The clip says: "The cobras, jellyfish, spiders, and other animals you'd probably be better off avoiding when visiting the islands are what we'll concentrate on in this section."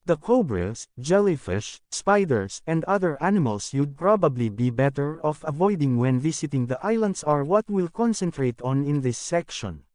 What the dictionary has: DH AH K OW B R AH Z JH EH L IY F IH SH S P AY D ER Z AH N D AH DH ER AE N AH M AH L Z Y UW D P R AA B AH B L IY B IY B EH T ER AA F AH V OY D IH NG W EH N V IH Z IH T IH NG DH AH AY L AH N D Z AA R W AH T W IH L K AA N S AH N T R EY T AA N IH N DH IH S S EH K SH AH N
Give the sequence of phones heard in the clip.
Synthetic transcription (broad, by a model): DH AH K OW B R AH S JH EH L IY F IH SH S P AY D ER S AH N D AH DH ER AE N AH M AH L S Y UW D P R AA B AH B L IY B IY B EH T ER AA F AH V OY D IH NG W EH N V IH S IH T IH NG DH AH AY L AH N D S AA R W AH T W IH L K AA N S AH N T R EY T AA N IH N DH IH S S EH K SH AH N